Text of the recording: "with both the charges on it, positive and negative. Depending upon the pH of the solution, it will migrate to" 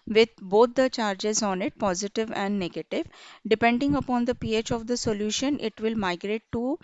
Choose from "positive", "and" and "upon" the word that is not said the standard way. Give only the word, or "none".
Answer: none